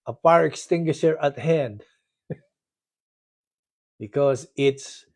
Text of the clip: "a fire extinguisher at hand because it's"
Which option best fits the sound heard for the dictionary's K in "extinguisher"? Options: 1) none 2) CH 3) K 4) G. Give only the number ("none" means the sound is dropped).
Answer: 3